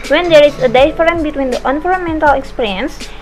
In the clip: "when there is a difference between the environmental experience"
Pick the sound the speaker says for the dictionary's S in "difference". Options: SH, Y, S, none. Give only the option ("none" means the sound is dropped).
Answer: none